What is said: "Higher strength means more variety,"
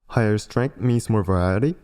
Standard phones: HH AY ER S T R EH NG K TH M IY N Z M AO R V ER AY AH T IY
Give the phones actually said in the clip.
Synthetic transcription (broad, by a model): HH AY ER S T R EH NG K T M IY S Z M AO R V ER AY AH T IY